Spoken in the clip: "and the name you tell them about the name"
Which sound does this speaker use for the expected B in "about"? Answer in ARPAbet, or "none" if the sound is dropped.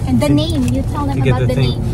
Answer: none